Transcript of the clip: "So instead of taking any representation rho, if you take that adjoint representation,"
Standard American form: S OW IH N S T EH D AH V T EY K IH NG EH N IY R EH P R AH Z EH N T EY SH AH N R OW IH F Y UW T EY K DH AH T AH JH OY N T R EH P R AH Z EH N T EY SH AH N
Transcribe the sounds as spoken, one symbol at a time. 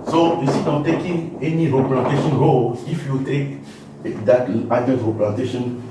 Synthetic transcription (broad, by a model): S OW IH S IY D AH T EY K IH NG EH N IY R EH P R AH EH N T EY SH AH N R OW IH F Y UW T EY K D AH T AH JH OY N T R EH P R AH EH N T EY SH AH N